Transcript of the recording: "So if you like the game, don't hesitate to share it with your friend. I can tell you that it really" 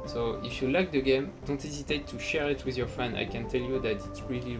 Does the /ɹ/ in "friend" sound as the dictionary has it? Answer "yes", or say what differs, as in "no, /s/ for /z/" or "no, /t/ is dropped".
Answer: no, /ɹ/ is dropped